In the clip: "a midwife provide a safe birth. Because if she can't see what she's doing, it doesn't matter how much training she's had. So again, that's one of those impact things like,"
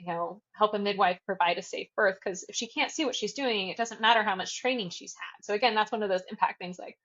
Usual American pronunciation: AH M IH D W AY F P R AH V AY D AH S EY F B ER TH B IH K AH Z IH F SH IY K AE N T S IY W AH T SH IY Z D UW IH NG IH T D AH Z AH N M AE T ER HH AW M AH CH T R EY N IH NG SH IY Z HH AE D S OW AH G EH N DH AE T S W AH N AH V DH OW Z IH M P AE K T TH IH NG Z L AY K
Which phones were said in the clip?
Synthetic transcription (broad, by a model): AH M IH D W AY F P R AH V AY D AH S EY F B ER TH K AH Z IH F SH IY K AE N T S IY W AH T SH IY Z D UW IH NG IH T D AH Z AH N M AE T ER HH AW M AH CH T R EY N IH NG SH IY Z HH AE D S OW AH G EH N DH AE T S W AH N AH V DH OW Z IH M P AE K T TH IH NG Z L AY K